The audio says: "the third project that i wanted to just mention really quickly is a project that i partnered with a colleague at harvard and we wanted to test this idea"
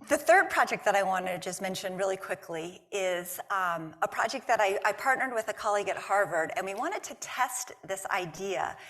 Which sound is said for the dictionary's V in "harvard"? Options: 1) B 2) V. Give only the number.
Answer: 2